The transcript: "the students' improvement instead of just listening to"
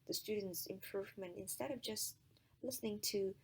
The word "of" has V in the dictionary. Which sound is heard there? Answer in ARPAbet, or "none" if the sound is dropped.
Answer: V